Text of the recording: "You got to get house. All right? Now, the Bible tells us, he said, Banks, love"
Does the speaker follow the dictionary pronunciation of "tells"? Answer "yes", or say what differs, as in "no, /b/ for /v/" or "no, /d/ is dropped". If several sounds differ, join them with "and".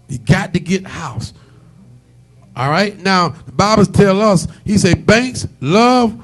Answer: no, /z/ is dropped